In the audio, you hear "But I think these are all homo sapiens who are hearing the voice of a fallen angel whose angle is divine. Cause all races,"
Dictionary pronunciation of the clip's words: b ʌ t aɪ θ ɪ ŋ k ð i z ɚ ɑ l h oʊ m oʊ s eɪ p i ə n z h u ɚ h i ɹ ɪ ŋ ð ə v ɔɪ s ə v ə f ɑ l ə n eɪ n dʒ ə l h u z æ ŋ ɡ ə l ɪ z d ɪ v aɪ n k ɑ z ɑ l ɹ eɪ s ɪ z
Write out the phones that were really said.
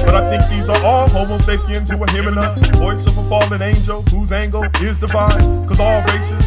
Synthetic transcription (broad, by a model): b ʌ t aɪ θ ɪ ŋ k ð i z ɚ ɑ l h oʊ m oʊ s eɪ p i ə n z h u ɚ h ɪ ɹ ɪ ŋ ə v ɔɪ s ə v ə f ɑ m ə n eɪ n dʒ ə l h u z æ ŋ ɡ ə l ɪ z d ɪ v aɪ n k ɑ z ɑ l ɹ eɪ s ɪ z